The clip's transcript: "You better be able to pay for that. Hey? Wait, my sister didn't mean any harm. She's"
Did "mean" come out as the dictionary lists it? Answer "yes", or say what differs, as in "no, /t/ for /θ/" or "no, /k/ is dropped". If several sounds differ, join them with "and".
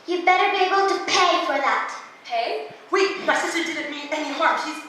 no, /n/ is dropped